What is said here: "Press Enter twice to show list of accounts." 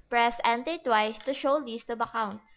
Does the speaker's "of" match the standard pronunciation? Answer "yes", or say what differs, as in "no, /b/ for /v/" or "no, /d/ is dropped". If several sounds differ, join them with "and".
no, /b/ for /v/